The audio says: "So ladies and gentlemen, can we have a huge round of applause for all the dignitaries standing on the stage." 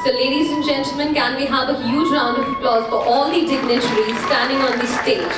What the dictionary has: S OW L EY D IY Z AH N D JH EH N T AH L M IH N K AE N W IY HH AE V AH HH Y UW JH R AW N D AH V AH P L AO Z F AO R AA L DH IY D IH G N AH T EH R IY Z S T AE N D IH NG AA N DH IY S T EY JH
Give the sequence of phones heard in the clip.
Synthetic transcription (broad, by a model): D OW L EY D IY Z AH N JH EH N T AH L M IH N K AE N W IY HH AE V AH HH Y UW JH R AW N D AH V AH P L AO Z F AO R AA L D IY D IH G N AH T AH R IY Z S T AE N D IH NG AA N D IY S T EY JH